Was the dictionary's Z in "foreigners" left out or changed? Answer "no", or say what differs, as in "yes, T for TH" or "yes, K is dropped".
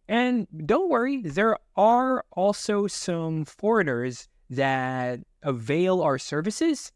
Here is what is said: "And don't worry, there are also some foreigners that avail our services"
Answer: no